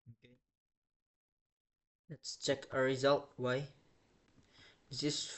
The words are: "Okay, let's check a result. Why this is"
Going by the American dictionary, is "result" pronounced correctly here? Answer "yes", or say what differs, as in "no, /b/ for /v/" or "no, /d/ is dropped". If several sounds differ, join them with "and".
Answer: yes